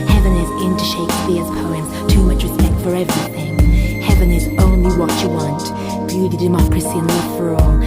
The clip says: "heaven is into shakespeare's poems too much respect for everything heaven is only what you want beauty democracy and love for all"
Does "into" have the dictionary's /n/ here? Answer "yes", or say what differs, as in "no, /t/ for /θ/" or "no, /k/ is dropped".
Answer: yes